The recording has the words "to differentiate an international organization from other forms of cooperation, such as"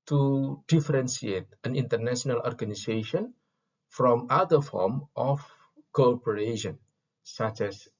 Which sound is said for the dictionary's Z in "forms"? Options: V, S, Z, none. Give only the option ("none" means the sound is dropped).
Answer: none